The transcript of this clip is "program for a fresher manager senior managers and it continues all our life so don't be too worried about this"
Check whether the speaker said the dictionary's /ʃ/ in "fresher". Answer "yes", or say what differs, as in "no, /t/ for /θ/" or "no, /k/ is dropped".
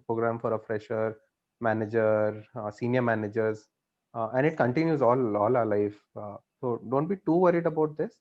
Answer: yes